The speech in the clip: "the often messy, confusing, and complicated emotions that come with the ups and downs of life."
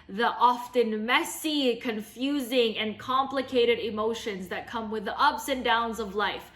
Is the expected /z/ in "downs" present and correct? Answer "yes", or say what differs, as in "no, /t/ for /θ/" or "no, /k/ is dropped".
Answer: yes